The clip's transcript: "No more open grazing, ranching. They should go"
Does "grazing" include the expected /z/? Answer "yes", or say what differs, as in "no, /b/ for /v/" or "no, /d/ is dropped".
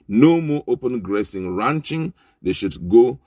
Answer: no, /s/ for /z/